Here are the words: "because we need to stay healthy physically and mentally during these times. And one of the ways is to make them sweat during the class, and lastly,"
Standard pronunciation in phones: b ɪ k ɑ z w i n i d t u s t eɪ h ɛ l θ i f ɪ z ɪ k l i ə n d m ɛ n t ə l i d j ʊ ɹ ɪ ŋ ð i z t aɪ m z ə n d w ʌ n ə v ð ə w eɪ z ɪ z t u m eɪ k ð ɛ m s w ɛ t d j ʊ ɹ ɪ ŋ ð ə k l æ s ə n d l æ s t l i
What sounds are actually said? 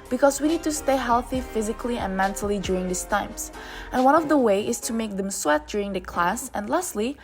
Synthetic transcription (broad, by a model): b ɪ k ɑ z w i n i d t u s t eɪ h ɛ l θ i f ɪ z ɪ k l i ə n m ɛ n t ə l i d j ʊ ɹ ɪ ŋ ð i s t aɪ m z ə n w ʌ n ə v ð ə w eɪ ɪ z t u m eɪ k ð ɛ m s w ɛ t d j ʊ ɹ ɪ ŋ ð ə k l æ s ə n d l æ s t l i